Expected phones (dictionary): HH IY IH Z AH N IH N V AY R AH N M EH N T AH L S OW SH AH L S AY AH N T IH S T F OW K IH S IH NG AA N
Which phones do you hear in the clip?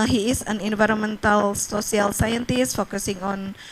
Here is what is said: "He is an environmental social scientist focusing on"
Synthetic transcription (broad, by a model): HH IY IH S AH N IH N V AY R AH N M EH N T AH L S OW S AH L S AY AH N T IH S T F OW K IH S IH NG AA N